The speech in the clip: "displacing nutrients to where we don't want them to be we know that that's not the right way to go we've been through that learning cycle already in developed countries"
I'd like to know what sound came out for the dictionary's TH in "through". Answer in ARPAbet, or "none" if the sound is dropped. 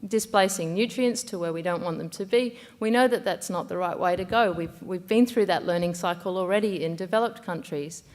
TH